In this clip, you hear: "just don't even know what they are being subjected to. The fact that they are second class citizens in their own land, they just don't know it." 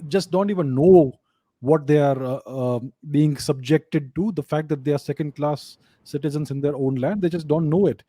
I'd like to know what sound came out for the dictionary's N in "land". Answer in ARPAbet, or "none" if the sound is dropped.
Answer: N